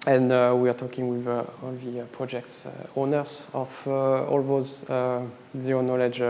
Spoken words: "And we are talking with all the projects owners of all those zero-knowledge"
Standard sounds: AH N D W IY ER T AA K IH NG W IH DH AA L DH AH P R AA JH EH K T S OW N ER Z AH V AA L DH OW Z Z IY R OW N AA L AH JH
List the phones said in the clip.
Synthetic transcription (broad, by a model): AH N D W IY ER T AA K IH NG W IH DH AA L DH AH P R AA JH EH K T S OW N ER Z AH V AA L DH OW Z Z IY OW N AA L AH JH